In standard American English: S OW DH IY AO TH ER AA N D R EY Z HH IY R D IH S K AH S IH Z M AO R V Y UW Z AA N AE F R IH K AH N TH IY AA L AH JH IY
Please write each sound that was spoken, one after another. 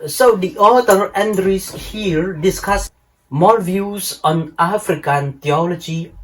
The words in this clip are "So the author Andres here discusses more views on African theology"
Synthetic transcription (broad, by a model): S OW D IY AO T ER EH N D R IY S HH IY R D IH S K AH S M AO L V Y UW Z AA N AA F R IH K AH N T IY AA L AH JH IY